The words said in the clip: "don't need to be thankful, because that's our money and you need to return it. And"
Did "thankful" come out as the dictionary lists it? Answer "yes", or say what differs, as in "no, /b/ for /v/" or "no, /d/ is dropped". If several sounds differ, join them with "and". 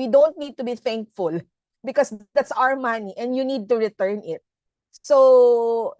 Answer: yes